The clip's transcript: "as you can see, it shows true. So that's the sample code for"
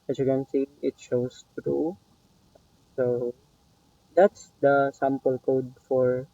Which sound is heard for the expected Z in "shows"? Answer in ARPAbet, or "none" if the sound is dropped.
S